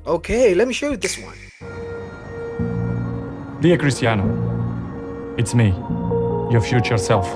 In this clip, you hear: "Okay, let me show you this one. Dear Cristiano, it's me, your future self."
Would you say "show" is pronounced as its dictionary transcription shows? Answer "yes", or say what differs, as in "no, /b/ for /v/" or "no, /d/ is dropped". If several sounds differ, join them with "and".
yes